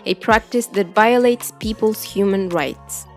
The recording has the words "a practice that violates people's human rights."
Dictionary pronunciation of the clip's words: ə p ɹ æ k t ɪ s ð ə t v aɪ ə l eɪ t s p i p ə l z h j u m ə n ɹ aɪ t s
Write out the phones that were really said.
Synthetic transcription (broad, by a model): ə p ɹ æ k t ɪ s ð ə t v aɪ ə l eɪ t s p i p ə l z h j u m ə n ɹ aɪ t s